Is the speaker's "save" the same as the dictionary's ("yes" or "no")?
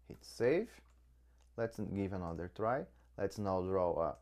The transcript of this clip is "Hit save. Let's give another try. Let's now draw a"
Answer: no